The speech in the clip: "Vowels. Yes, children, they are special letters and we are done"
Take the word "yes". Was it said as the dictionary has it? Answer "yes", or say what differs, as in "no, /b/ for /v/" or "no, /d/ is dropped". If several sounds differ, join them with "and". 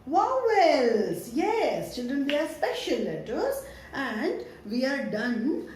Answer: yes